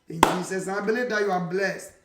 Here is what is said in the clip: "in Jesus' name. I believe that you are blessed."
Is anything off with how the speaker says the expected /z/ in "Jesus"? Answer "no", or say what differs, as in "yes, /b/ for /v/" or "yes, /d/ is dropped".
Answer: yes, /s/ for /z/